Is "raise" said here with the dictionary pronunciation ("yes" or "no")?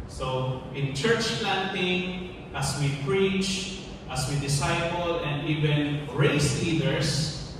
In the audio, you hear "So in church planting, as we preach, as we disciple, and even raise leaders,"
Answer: no